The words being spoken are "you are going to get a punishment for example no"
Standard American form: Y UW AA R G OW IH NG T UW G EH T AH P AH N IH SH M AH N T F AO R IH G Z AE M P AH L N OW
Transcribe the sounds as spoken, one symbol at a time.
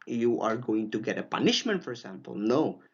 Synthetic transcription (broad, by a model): Y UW AA R G OW IH NG T UW G EH T AH P AH N IH SH M AH N T F AO R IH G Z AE M P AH L N OW